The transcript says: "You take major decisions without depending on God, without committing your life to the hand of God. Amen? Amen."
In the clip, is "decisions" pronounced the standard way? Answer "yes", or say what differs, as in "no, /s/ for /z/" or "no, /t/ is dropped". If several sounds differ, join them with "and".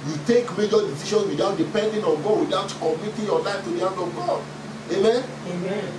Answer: no, /ʃ/ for /ʒ/ and /s/ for /z/